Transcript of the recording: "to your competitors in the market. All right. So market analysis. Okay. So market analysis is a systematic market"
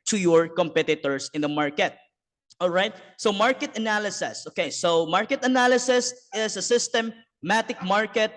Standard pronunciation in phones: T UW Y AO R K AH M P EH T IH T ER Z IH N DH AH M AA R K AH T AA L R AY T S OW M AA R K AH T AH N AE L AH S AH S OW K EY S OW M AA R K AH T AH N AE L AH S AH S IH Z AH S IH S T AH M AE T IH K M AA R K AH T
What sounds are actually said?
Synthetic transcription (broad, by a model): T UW Y AO R K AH M P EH T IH T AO S IH N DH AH M AA R K AH T AA L R AY T S OW M AA R K AH T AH N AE L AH S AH S OW K EY S OW M AA R K AH T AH N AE L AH S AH S IH S AH S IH S T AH M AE T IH K M AA R K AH T